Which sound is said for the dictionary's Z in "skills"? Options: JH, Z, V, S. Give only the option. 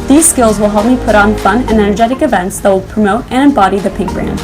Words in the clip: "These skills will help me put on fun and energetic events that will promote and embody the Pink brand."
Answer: Z